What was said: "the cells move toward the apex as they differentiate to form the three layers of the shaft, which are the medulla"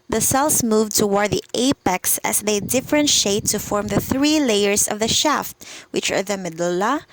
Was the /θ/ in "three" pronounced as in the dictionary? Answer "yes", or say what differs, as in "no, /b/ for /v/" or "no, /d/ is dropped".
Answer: yes